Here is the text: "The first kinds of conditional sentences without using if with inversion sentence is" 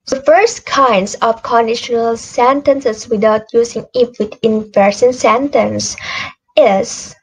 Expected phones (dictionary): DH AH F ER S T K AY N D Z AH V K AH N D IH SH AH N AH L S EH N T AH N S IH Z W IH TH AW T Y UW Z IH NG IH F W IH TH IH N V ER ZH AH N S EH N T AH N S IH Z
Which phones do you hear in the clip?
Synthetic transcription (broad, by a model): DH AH F ER S T K AY N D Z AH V K AH N D IH SH AH N AH L S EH N T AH N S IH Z W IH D AW T Y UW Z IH NG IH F W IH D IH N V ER S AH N S EH N T AH N S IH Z